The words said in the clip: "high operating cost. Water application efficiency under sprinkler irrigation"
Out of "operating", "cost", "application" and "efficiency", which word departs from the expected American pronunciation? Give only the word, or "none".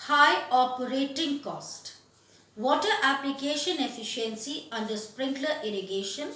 none